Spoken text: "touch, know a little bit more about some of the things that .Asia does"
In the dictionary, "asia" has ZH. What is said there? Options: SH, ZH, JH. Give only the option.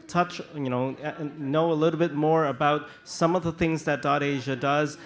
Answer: ZH